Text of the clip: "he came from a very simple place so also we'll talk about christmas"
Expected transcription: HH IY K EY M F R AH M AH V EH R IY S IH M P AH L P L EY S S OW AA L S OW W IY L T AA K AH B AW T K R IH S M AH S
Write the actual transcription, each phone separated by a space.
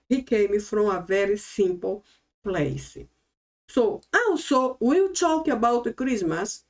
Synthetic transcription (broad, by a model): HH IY K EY M F R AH AH V EH R IY S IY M P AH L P L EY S S OW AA W S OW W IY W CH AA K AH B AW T K R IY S M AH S